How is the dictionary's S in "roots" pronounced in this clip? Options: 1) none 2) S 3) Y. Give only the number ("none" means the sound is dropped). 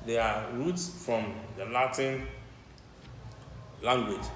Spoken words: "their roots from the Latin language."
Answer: 2